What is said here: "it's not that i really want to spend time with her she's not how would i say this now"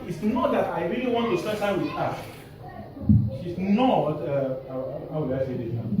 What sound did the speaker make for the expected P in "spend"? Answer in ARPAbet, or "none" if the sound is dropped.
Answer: none